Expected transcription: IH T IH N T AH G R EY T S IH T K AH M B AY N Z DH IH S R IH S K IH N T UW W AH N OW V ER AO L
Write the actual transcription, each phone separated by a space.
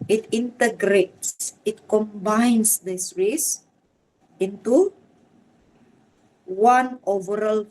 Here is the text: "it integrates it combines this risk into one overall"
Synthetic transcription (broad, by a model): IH T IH N T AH G R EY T S IH T K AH M B AY N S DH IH S R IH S IH N T UW W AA N OW V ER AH L